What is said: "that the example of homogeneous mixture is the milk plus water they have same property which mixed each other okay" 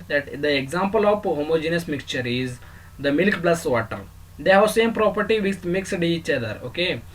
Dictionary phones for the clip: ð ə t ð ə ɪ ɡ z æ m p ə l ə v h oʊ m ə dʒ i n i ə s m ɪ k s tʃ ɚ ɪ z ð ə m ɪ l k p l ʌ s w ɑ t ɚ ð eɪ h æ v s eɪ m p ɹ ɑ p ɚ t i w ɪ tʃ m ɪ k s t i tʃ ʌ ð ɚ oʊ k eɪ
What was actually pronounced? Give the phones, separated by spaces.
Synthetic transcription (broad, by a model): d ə t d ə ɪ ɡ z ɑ m p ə l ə p h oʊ m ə dʒ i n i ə s m ɪ k s tʃ ɚ ɪ z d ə m ɪ l k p l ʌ s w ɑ t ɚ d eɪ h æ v s eɪ m p ɹ ɑ p ɚ t i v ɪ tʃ m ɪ k s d i tʃ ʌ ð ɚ oʊ k eɪ